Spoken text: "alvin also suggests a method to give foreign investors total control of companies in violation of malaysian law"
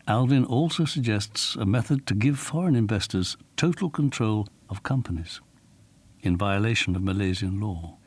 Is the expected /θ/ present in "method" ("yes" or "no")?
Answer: yes